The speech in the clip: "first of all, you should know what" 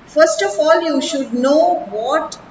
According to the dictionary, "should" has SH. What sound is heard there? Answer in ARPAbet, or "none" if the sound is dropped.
SH